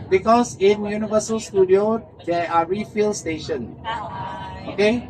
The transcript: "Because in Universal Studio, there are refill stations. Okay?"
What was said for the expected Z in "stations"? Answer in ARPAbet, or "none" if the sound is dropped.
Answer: none